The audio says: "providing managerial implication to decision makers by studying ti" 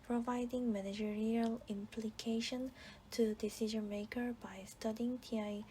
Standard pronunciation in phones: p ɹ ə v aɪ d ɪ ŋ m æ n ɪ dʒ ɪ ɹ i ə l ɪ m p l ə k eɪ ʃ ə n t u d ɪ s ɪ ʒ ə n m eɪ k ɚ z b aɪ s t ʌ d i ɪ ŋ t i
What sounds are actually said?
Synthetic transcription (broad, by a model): p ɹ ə v aɪ d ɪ ŋ m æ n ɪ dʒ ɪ ɹ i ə l ɪ m p l ə k eɪ ʃ ə n t u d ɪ s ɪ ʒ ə n m eɪ k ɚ b aɪ s t ʌ d i ɪ ŋ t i